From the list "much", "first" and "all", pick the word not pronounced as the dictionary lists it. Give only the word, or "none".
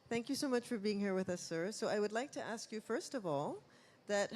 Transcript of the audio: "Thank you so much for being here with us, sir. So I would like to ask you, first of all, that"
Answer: none